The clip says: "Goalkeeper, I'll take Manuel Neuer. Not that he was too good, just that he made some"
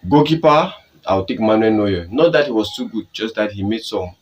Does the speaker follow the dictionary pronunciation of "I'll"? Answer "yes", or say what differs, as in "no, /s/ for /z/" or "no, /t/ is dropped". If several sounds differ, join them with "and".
no, /w/ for /l/